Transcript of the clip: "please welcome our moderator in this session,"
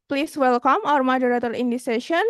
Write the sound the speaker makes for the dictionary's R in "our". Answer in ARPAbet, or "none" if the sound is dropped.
R